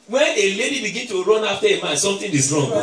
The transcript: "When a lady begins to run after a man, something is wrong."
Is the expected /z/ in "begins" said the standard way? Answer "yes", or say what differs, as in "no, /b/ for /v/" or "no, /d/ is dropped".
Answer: no, /z/ is dropped